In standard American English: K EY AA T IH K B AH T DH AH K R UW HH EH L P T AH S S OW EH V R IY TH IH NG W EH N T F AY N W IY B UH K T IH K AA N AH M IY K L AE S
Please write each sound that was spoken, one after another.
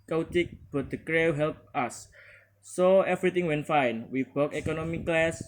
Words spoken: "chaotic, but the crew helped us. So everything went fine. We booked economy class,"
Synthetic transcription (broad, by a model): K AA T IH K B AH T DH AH K R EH HH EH L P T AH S S OW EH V R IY T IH NG W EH N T F AY N W IY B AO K IH K AA N AH M IY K L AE S